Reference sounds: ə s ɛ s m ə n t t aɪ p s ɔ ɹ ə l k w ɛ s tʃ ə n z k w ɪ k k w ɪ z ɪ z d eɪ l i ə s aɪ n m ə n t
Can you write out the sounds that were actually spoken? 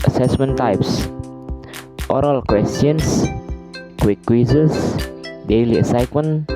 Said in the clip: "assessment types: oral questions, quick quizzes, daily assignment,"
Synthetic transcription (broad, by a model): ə s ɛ s m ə n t t aɪ p s ɔ ɹ ə l k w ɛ s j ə n s k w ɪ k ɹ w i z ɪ s d eɪ l i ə s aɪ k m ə n